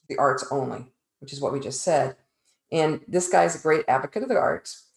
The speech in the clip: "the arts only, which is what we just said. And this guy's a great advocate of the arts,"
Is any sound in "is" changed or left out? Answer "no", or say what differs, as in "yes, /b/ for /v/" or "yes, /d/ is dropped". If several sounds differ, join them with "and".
no